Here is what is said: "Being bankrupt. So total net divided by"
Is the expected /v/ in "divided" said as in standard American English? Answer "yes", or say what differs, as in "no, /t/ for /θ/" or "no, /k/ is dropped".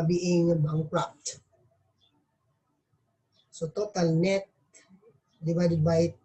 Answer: no, /b/ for /v/